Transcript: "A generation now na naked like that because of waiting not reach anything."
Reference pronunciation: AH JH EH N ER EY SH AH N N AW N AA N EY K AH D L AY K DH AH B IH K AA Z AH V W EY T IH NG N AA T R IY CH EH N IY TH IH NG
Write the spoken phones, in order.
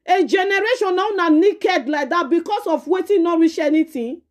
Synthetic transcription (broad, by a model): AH JH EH N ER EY SH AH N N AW N AA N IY K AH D L AY K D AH B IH K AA S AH F W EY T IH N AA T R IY SH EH N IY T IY